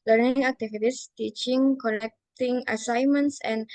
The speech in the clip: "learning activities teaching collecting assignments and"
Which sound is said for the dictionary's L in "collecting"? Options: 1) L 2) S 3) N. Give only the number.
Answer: 3